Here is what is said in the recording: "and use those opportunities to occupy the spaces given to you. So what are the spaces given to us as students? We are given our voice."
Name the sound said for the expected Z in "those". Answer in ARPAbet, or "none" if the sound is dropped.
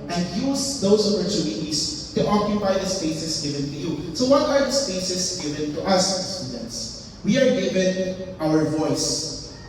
S